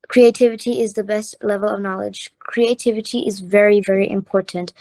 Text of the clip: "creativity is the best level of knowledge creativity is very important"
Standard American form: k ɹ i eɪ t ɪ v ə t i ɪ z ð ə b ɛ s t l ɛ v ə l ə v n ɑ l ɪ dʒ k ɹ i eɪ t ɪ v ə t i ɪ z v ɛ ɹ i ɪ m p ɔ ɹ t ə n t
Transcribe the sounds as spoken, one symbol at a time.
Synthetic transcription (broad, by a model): k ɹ i eɪ t ɪ v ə t i ɪ z ð ə b ɛ s t l ɛ v ə l ə v n ɑ l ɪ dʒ k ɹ i eɪ t ɪ v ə t i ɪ z v ɛ ɹ i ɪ m p ɔ ɹ t n t